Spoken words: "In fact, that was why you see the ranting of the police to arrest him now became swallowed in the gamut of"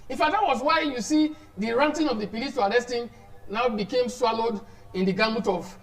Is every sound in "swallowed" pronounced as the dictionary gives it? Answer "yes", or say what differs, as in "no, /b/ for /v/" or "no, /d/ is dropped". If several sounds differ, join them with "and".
yes